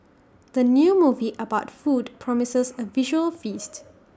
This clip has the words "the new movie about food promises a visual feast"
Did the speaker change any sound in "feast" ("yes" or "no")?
no